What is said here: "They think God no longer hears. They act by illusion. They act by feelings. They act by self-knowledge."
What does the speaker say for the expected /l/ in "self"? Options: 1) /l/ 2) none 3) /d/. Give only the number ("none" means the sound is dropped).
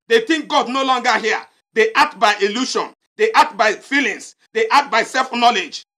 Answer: 1